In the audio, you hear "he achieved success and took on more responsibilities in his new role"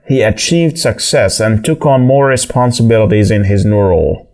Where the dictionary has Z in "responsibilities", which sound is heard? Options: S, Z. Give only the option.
Z